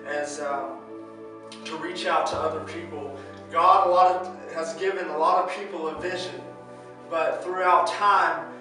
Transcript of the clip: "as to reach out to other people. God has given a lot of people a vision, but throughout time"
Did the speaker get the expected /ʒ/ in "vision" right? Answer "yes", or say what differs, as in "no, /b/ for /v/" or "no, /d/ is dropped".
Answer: yes